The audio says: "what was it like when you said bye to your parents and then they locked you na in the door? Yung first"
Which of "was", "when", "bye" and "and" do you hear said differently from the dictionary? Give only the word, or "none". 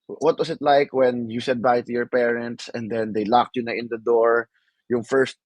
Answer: was